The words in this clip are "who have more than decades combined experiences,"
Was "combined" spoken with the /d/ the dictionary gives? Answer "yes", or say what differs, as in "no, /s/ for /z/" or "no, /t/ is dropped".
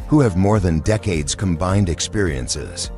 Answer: yes